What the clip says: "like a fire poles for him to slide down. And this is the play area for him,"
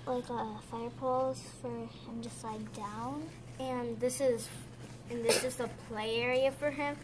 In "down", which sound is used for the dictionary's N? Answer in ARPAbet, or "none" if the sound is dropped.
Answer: N